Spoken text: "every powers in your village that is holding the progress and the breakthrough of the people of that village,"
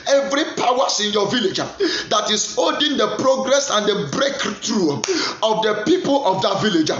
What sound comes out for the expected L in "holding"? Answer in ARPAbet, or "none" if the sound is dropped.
none